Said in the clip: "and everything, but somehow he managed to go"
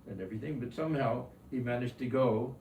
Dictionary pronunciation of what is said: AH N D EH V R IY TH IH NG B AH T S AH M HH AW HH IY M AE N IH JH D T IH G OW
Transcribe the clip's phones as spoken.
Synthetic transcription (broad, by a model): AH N EH V R IY TH IH NG B AH T S AH M HH AW HH IY M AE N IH JH T IH G OW